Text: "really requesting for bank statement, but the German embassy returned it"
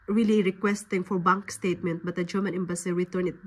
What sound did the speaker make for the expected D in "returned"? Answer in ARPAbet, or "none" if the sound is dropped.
none